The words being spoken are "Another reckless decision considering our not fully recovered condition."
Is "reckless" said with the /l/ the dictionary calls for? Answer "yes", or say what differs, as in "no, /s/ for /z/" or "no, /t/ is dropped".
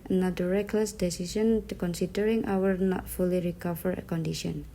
yes